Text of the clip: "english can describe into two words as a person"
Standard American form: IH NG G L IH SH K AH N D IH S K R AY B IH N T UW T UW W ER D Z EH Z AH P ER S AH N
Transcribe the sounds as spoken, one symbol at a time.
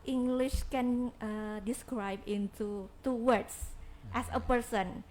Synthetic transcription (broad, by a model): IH NG G L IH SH K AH N D IH S K R AY B IH N T UW T UW W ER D S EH S AH P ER S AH N